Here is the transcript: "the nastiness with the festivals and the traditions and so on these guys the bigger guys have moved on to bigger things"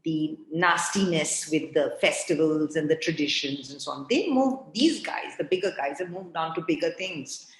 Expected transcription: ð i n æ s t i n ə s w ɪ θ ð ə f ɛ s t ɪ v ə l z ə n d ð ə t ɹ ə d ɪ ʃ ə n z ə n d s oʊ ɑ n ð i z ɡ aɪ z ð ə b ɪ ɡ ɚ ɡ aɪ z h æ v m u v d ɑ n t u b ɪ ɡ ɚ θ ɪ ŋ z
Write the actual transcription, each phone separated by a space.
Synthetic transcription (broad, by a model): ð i n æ s t i n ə s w ɪ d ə f ɛ s t ɪ v ə l z ə n d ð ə t ɹ ə d ɪ ʃ ə n z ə n s oʊ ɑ n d i z ɡ aɪ z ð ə b ɪ ɡ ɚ ɡ aɪ z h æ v m u v d ɑ n t u b ɪ ɡ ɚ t ɪ ŋ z